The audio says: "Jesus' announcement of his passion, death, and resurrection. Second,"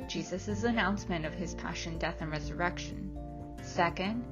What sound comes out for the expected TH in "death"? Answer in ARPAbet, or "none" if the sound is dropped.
TH